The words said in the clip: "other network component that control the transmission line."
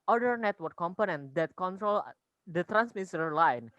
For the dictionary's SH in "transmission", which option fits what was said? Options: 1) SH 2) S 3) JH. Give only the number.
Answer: 2